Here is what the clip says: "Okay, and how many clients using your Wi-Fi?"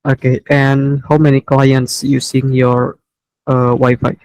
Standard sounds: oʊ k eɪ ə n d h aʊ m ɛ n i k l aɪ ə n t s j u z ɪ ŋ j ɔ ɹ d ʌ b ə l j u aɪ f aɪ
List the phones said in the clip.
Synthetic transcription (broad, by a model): oʊ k eɪ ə n h aʊ m ɛ n i k l aɪ ə n t s j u s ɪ ŋ j ɔ ɹ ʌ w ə j f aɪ